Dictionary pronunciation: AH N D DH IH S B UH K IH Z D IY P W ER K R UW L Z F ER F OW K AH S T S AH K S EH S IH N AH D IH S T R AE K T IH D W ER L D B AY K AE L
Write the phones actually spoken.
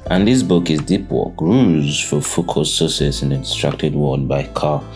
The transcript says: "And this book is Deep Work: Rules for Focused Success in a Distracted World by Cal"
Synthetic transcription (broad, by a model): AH N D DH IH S B UH K IH Z D IY P W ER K R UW Z F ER F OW K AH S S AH S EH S IH N AH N S T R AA K T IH D W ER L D B AY K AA